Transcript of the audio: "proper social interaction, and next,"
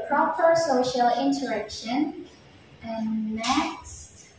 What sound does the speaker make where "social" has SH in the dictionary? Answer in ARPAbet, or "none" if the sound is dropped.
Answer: SH